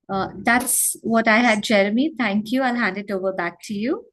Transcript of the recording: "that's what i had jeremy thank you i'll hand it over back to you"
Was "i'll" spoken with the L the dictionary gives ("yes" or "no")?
yes